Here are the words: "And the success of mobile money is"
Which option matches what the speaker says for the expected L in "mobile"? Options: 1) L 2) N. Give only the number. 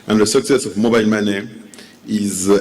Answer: 2